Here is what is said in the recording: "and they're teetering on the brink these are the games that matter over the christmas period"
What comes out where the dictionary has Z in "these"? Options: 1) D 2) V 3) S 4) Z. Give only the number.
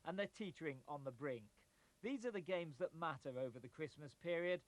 4